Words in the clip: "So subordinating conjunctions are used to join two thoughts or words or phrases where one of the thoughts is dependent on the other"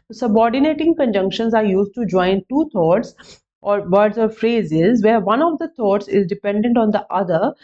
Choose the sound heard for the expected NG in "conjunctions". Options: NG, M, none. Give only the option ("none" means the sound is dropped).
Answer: NG